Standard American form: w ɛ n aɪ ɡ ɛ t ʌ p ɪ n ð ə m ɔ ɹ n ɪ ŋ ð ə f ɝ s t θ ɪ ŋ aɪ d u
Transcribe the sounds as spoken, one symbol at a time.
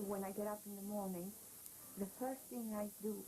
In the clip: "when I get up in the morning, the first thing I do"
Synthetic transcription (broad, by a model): w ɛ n aɪ ɡ ɛ t ʌ p ɪ n ð ə m ɔ ɹ n ɪ ŋ ð ə f ɝ s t θ ɪ ŋ aɪ d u